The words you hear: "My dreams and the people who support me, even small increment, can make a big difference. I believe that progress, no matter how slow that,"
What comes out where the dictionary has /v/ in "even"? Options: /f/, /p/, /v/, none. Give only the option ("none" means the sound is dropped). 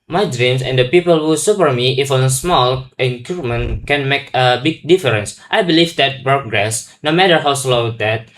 /f/